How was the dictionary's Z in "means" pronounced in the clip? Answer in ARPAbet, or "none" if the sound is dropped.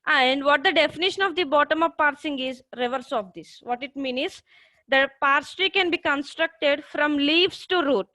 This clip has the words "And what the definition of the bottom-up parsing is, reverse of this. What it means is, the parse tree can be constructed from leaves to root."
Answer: none